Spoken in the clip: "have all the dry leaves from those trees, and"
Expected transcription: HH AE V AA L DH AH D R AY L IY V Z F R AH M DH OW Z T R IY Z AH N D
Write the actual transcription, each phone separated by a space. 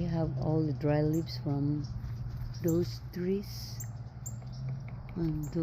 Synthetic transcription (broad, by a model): HH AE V AA L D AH D R AY L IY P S F R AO M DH OW S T R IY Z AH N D